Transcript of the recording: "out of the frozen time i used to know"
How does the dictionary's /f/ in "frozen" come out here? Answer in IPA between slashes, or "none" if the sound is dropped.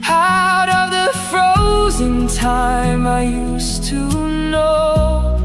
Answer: /f/